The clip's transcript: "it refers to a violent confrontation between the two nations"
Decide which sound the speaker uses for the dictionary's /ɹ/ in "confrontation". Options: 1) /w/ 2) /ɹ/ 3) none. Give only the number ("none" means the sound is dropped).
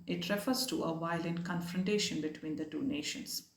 2